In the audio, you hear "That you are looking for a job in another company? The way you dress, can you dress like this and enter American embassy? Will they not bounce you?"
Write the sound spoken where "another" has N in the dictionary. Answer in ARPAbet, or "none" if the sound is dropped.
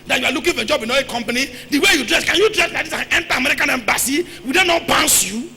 none